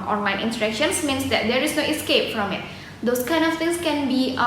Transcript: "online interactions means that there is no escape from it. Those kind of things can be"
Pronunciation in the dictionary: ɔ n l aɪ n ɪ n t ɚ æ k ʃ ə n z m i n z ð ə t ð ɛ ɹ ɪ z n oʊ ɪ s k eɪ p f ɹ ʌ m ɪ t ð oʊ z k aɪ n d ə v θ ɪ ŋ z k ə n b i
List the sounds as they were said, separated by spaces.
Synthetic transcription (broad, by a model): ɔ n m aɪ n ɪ n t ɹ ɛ k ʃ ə n s m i n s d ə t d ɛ ɹ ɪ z n oʊ ɪ s k eɪ p f ɹ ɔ m ɪ t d oʊ s k aɪ n d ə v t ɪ ŋ s k ə n b i